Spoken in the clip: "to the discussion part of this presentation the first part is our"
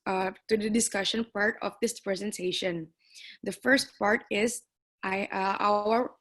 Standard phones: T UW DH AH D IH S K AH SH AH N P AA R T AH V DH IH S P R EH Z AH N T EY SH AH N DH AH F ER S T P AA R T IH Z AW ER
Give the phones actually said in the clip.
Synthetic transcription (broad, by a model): T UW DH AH D IH S K AH SH AH N P AA R T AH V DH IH S P R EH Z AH N T EY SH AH N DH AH F ER S T P AA R T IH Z AW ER